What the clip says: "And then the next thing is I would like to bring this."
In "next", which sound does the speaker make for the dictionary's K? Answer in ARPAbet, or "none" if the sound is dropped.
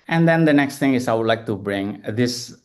K